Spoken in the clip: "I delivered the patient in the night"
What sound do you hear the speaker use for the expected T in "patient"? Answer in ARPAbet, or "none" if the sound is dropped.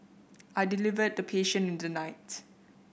none